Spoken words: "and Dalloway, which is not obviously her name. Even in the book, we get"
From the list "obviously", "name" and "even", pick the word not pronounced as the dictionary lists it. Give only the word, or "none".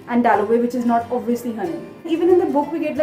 name